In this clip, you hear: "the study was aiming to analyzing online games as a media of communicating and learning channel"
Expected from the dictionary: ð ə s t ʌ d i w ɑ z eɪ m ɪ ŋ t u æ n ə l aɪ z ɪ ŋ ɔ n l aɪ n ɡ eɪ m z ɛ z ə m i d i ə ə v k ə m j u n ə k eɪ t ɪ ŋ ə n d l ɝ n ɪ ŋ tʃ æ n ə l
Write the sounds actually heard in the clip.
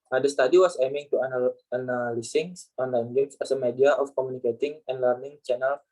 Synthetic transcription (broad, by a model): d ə s t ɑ d i w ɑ s eɪ m ɪ ŋ t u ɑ n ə l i s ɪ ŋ ɔ n l aɪ n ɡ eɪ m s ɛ s ə m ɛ d i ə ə f k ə m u n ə k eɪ t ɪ ŋ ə n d l ɝ n ɪ ŋ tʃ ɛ n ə l